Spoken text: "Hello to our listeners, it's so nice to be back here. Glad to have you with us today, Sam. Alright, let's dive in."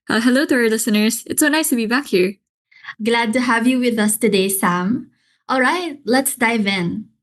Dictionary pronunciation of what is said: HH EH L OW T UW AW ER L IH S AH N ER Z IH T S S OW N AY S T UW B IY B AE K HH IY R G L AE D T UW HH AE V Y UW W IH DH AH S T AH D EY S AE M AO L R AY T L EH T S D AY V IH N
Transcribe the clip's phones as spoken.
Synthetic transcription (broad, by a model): HH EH L OW T UW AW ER L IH S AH N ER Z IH T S S OW N AY S T UW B IY B AE K HH IY R G L AE D T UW HH AE V Y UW W IH DH AH S T AH D EY S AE M AO L R AY T L EH T S D AY V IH N